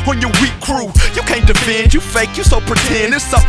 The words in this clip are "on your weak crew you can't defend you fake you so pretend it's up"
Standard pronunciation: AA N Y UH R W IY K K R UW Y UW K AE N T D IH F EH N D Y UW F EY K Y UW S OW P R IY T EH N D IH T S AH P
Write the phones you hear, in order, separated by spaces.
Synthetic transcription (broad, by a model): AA N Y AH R W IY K K R UW Y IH K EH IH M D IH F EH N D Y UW F EY K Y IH S OW P R IY T EH N D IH S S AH